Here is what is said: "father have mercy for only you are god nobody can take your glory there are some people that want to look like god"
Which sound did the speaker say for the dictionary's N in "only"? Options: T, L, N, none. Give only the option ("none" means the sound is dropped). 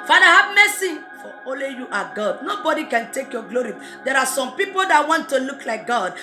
none